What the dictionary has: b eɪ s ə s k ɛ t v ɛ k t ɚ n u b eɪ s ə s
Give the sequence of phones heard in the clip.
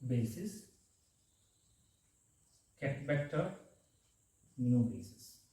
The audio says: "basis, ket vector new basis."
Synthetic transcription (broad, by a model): b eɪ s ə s k ɛ t b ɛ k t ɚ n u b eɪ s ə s